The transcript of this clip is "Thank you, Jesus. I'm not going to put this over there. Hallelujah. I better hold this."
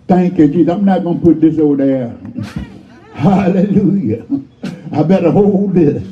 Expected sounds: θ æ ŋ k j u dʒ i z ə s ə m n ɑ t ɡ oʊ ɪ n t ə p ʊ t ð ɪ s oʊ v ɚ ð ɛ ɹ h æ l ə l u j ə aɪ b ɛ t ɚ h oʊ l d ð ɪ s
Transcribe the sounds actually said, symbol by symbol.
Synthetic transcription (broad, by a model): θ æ ŋ k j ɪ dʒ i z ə ə m n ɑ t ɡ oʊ n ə p ʊ t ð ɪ s oʊ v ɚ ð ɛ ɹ h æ l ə l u j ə aɪ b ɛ t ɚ h oʊ l d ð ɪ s